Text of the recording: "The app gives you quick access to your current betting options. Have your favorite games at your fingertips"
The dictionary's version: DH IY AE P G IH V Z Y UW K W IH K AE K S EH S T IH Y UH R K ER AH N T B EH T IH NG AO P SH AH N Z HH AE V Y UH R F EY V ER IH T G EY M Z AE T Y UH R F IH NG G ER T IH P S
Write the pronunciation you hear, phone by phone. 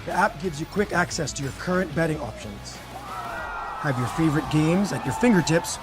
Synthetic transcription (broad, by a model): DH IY AE P G IH V Z Y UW K W IH K AE K S EH S T IH Y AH R K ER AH N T B EH T IH NG AO P SH AH N Z HH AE V Y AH R F EY V ER IH T G EY M Z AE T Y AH R F IH NG G ER T IH P S